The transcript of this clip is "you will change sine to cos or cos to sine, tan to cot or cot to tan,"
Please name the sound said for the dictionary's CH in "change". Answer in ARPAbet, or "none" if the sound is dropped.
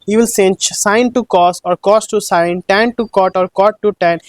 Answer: S